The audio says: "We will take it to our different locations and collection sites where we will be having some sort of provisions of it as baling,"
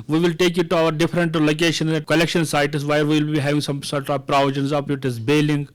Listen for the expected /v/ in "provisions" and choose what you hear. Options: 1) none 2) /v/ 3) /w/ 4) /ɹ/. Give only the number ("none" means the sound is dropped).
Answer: 1